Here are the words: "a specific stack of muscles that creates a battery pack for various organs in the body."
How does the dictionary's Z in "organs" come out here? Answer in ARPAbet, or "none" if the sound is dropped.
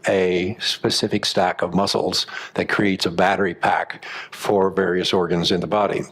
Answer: Z